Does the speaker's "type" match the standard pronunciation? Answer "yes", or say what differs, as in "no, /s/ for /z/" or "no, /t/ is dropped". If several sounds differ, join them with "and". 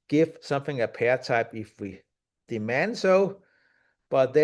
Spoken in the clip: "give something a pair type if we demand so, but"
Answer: yes